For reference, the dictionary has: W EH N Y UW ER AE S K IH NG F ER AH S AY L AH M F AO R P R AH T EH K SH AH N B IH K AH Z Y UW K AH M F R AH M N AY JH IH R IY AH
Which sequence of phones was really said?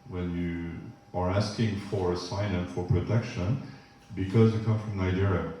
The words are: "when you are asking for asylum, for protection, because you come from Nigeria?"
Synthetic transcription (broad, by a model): W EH N Y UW ER AE S K IH NG F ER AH S AY N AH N F AO R P R AH T EH K SH AH N B IH K AH Z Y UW K AH M F R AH M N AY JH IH R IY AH